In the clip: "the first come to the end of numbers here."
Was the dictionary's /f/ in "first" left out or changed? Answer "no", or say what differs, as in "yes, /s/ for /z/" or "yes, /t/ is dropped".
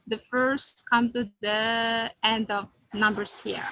no